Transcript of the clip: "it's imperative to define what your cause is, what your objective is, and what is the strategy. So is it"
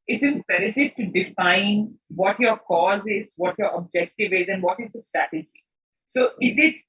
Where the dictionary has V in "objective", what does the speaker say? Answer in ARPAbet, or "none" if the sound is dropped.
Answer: V